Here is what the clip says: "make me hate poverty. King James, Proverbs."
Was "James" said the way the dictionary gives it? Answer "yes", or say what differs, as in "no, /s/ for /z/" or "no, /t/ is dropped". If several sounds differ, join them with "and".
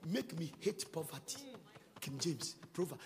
no, /s/ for /z/